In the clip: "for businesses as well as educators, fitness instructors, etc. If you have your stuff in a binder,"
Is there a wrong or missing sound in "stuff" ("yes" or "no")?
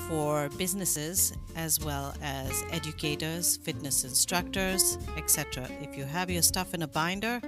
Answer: no